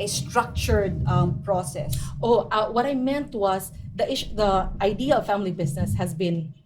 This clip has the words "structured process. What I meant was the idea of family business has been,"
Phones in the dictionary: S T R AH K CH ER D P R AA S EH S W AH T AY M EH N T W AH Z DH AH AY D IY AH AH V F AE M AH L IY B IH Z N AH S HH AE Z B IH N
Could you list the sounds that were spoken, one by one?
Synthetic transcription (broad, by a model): S T R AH K CH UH D P R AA S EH S W AH T AY M EH N T W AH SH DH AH AY D IY AH AH V F AE M AH L IY B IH S N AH S HH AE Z B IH N